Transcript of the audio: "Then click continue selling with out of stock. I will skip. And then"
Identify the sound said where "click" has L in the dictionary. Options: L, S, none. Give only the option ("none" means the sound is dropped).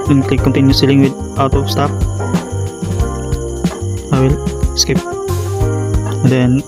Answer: none